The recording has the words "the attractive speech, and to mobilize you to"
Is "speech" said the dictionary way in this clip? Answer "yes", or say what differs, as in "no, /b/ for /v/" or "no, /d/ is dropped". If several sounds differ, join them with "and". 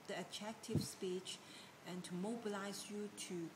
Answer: yes